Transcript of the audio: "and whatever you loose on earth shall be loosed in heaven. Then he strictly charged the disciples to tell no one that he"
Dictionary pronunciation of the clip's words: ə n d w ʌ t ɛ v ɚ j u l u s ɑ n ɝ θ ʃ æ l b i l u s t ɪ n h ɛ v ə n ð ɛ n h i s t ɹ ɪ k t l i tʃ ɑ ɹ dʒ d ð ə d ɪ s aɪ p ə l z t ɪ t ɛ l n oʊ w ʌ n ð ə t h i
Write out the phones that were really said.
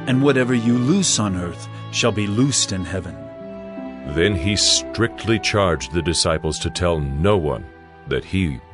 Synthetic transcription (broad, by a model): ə n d w ʌ t ɛ v ɚ j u l u s n ɝ θ ʃ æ l b i l u s t ɪ n h ɛ v ə n ð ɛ n i s t ɹ ɪ k t l i tʃ ɑ ɹ dʒ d ð ə d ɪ s aɪ p l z t ɪ t ɛ l n oʊ w ʌ n ð ə t h i